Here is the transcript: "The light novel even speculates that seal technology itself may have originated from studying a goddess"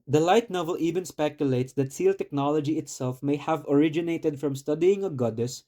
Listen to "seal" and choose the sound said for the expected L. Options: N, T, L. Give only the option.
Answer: L